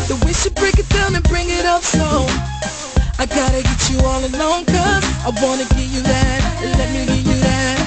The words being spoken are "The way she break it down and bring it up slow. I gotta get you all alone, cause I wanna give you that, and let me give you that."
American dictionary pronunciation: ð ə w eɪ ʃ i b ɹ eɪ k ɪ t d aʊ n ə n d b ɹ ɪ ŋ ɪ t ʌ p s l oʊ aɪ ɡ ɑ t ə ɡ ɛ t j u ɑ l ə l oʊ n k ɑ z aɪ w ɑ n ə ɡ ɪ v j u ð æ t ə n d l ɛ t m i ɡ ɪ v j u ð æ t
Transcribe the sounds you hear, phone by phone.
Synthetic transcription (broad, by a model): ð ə w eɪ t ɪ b ɹ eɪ k ɪ t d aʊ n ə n b ɹ ɪ ŋ ɪ t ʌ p s oʊ aɪ ɡ ɑ t ə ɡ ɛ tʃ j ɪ ɑ l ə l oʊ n k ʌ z aɪ w ɑ n ə ɡ ɪ v j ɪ ð æ t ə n l ɛ t m i ɡ ɪ v j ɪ ð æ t